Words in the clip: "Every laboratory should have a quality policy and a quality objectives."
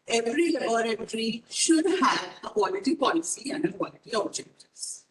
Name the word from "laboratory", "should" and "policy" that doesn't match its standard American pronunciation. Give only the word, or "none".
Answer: laboratory